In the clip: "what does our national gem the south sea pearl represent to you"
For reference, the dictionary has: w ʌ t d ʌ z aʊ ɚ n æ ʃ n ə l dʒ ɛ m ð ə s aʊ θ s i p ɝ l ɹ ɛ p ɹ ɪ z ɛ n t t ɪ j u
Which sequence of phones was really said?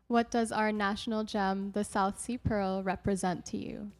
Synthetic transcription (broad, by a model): w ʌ t d ʌ z aʊ ɚ n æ ʃ n l dʒ ɛ m ð ə s aʊ θ s i p ɝ l ɹ ɛ p ɹ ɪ z ɛ n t t ɪ j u